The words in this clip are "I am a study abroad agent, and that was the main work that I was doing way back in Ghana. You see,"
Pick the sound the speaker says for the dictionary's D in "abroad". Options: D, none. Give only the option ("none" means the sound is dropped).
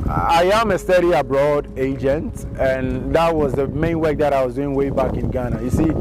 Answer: D